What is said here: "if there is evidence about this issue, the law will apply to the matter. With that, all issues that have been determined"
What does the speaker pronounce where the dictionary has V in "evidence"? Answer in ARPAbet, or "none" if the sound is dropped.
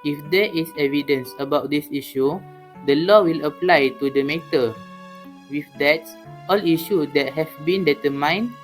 V